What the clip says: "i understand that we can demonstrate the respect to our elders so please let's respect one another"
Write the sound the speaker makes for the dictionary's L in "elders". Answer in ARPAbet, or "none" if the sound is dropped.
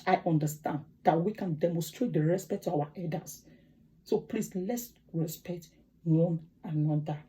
none